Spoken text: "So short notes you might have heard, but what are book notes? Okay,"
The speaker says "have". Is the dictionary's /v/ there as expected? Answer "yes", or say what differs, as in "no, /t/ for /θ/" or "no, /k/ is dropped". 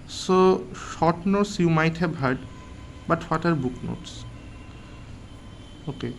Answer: no, /b/ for /v/